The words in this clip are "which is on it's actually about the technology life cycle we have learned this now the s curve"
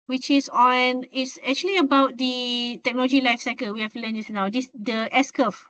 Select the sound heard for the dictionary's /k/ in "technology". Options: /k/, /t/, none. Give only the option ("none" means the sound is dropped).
/k/